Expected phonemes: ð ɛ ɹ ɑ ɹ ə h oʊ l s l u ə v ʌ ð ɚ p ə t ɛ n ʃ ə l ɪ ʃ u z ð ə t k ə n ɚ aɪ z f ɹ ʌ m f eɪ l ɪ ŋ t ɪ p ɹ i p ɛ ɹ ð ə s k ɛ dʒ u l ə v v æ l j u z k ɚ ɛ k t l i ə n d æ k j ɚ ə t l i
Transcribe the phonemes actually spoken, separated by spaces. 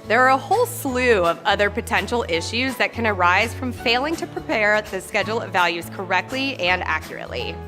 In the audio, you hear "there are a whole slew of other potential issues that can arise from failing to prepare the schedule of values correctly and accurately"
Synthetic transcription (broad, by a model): ð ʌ ɹ ɹ ə h oʊ l s l u ə v ʌ ð ɚ p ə t ɛ n ʃ l ɪ ʃ u z ð ə t k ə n ɚ aɪ z f ɹ ʌ m f eɪ l ɪ ŋ t ɪ p ɹ i p ɛ ɹ ð ə s k ɛ dʒ l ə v v æ l j u z k ɚ ɛ k t l i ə n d æ k j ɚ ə t l i